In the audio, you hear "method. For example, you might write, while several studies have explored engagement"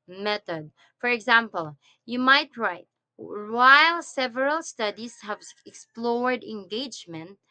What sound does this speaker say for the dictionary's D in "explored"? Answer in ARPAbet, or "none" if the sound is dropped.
D